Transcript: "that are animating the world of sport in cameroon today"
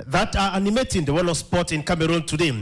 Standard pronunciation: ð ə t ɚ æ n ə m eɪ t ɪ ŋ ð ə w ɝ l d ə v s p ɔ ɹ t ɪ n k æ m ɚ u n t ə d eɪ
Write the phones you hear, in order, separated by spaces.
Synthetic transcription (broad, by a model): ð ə t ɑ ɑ n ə m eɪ t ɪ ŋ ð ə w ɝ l ə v s p ɔ t ɪ n k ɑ m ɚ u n t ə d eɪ